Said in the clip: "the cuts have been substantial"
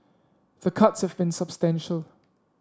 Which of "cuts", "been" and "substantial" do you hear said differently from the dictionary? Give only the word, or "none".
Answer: none